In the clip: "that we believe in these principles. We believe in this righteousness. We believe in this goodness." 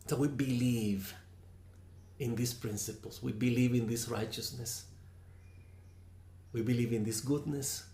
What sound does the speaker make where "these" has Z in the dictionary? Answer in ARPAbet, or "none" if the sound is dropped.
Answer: S